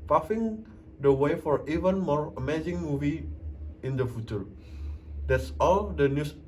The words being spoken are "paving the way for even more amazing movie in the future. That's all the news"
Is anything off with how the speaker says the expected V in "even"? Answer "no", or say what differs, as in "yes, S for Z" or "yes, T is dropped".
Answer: no